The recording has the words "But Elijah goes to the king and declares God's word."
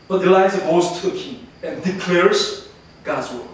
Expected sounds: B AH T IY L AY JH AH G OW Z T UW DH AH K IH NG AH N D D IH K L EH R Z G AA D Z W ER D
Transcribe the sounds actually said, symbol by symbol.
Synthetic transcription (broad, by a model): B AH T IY L AY Z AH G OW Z T UW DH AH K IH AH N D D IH K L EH R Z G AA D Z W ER